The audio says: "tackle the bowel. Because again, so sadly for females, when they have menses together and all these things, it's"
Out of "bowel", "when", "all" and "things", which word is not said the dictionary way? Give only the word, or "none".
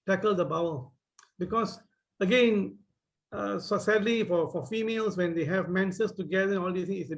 things